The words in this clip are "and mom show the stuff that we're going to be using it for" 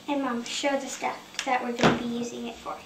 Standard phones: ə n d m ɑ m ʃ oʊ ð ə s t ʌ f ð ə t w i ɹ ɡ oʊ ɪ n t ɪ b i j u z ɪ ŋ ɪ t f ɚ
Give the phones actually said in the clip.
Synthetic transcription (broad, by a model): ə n m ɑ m ʃ oʊ ð ə s t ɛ p ð ə t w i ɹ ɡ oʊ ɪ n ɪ b i j u z ɪ ŋ ɪ t f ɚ